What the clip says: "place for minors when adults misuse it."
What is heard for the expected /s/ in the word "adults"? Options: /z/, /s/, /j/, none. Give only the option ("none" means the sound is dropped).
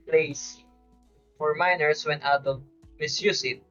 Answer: none